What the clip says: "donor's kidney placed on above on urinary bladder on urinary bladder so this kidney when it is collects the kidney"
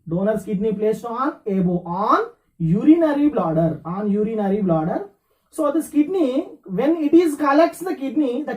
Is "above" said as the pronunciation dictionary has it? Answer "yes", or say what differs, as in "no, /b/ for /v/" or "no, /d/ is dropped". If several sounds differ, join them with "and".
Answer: no, /v/ is dropped